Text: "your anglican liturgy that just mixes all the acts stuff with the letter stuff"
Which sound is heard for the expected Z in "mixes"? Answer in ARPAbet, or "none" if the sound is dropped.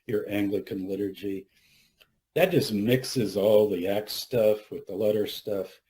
Z